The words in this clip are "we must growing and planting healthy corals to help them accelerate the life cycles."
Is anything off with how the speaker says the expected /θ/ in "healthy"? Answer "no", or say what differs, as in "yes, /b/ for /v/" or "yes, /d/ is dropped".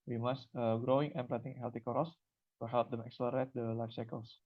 yes, /t/ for /θ/